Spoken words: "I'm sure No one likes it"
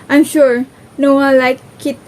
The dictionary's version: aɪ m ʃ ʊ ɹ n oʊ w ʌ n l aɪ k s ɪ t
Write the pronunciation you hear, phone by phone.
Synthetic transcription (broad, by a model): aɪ m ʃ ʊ ɹ n oʊ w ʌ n l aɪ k ɪ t